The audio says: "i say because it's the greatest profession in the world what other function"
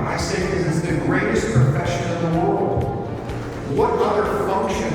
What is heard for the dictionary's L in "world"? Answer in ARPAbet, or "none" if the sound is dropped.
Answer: L